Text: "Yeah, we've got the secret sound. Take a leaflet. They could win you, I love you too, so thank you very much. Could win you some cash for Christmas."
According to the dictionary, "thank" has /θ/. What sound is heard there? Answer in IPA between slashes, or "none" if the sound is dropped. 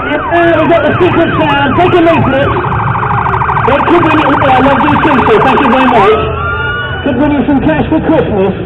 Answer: /θ/